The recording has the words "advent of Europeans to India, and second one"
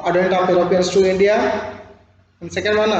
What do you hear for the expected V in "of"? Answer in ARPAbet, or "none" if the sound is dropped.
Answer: P